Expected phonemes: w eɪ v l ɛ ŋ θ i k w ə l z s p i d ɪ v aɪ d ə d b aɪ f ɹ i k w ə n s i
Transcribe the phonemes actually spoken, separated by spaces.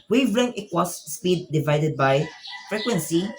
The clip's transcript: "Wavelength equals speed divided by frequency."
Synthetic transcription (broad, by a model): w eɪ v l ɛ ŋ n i k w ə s s p i d ɪ v aɪ d ə d b aɪ f ɹ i k w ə n s i